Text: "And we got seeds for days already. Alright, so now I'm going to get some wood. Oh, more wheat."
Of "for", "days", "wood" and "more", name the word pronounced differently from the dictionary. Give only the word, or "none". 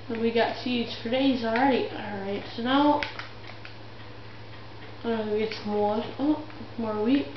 wood